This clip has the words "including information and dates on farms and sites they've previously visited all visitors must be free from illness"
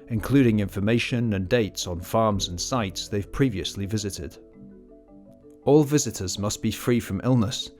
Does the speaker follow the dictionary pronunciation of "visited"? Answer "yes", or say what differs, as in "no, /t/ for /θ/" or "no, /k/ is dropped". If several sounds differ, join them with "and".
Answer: yes